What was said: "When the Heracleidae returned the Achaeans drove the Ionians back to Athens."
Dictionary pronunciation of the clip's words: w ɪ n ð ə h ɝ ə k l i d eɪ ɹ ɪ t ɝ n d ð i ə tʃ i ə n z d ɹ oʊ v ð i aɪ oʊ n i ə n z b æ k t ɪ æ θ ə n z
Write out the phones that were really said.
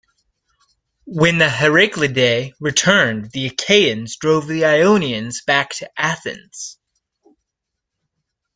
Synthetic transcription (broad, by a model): w ɪ n ð ə h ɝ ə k l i d eɪ ɹ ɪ t ɝ n ð i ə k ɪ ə n z d ɹ oʊ v ð i aɪ oʊ n i ə n z b æ k t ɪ æ θ ə n z